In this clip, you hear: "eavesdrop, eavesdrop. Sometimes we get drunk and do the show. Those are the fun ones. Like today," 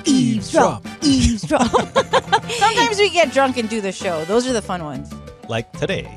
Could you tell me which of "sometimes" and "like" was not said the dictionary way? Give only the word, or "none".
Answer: none